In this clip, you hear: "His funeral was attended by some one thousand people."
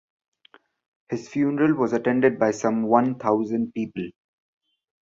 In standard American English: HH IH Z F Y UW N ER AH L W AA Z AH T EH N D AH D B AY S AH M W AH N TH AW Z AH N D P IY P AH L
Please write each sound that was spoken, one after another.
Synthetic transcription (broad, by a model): HH IH Z F Y UW N ER AH L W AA Z AH T EH N D AH D B AY S AH M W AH N T AW Z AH N D P IY P AH L